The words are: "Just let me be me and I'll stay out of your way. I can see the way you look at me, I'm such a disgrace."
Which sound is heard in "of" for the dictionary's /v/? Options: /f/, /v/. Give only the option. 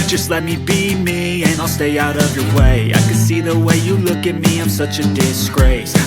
/v/